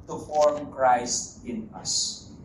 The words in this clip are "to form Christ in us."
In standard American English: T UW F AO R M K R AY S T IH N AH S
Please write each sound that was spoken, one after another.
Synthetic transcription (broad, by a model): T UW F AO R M K R AY S T IH N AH S